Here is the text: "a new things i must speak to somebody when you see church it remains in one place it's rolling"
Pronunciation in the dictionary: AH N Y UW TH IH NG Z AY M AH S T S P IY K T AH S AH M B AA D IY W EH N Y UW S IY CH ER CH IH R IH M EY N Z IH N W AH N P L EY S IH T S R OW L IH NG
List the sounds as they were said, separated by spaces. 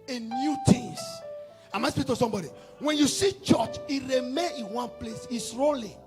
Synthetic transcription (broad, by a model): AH N Y UW T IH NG S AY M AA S S P IY K T AH S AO M B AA D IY W EH N Y UW S IY CH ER CH IH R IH M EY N IH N W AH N P L EY S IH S R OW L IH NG